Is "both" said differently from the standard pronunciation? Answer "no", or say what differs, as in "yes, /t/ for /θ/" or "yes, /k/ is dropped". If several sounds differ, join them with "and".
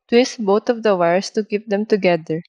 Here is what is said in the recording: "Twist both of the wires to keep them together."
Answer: yes, /t/ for /θ/